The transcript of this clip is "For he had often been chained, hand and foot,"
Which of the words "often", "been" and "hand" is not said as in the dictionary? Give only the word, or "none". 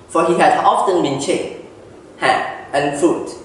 hand